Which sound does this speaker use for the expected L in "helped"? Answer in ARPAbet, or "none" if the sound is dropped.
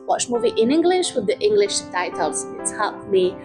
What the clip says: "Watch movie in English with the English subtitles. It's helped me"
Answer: none